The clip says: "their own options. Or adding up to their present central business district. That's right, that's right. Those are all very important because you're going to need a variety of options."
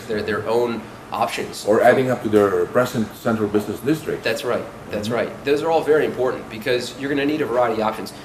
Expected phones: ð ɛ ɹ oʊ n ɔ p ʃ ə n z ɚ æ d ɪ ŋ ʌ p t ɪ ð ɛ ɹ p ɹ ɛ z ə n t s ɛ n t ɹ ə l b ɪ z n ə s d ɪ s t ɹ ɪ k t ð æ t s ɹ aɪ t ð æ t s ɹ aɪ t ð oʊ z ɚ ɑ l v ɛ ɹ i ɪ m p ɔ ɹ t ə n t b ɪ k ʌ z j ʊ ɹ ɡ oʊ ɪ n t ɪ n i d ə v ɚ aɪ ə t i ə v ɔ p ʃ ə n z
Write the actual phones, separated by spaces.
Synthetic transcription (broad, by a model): ð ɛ ɹ oʊ n ɔ p ʃ ə n z ɚ æ d ɪ ŋ ʌ p t ɪ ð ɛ ɹ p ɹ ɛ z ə n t s ɛ n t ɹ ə l b ɪ z n ə s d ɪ s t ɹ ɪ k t ð æ t s ɹ aɪ t ð æ t s ɹ aɪ t ð oʊ z ɚ ɑ l v ɛ ɹ i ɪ m p ɔ ɹ t n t b ɪ k ʌ z j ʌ ɹ ɡ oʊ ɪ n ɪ n i d ə v ɚ aɪ ə t i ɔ p ʃ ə n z